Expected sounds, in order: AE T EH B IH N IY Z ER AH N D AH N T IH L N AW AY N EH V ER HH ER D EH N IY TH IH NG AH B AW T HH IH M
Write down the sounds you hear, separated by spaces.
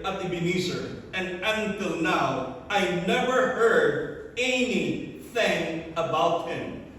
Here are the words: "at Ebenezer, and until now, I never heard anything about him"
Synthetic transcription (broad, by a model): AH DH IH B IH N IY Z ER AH N AH N T IH L N AW AY N EH V ER HH ER D EH N IY TH IH NG AH B AW T HH IH M